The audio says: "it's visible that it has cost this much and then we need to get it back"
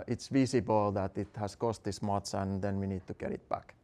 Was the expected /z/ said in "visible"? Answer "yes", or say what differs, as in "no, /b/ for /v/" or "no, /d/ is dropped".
no, /s/ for /z/